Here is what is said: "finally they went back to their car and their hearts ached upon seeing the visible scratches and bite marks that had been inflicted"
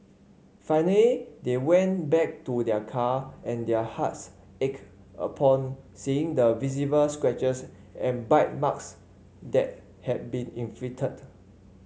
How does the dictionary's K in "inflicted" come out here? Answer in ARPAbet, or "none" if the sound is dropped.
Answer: none